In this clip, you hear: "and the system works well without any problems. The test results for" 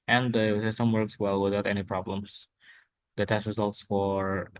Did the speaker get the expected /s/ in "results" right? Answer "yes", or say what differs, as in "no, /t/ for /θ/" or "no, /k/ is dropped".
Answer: yes